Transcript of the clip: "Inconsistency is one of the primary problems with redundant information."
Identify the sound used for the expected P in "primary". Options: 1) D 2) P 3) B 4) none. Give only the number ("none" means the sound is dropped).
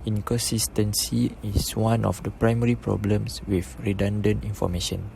2